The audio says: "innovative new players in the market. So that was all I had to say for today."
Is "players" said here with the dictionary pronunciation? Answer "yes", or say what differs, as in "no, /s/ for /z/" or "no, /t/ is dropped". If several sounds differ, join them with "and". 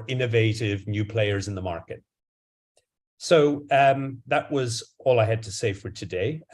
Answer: yes